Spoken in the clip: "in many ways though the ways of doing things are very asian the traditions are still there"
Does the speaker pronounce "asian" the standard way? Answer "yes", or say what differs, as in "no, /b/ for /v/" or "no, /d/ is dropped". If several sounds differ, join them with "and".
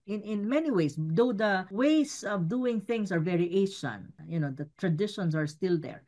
no, /ʃ/ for /ʒ/